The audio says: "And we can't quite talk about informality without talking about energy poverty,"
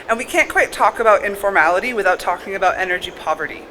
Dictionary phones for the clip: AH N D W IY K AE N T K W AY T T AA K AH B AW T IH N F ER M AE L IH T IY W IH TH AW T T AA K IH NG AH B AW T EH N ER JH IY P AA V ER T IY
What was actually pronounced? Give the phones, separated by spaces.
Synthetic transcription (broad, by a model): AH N W IY K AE N K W AY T T AA K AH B AW T IH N F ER M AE L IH T IY W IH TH AW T T AA K IH NG AH B AW T EH N ER JH IY P AA V ER T IY